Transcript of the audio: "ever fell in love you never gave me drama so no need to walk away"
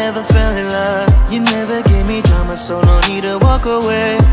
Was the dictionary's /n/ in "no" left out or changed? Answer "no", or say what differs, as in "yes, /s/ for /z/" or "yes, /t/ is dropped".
yes, /l/ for /n/